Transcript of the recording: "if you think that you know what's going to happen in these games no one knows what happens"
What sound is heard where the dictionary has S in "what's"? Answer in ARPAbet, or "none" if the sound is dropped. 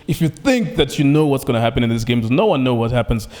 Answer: S